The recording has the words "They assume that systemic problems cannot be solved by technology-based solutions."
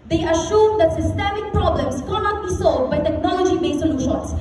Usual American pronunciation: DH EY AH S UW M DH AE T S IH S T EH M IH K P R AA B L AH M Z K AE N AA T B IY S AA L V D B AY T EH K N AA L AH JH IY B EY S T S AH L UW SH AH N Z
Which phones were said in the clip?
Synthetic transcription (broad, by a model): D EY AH SH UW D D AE T S IH S T EH M IH K P R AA B L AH M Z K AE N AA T B IY S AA L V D B AY T EH K N AA L AH JH IY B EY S S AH L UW SH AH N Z